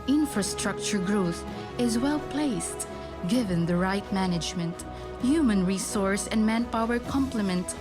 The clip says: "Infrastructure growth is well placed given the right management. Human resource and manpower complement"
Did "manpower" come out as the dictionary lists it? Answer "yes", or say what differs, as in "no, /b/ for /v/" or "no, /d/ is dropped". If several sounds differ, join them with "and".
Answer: yes